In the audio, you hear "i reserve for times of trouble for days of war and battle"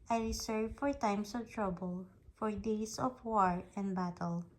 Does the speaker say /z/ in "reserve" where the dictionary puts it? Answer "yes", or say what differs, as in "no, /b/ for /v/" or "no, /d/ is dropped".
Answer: no, /s/ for /z/